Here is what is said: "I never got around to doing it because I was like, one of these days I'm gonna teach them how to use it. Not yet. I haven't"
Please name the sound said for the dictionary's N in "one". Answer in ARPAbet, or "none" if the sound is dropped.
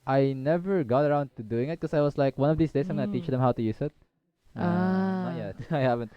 N